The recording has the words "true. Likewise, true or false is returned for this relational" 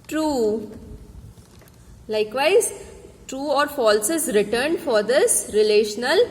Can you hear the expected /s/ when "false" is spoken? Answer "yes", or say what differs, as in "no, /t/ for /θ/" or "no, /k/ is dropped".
yes